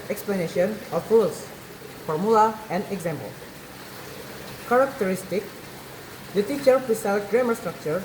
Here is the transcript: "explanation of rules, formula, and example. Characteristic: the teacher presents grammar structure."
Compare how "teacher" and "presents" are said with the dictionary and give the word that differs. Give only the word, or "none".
presents